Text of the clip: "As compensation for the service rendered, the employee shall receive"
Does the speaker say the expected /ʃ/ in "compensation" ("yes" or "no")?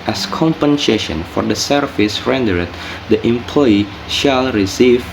yes